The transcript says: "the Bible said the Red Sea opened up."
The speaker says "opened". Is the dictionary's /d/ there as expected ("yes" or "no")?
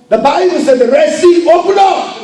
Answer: no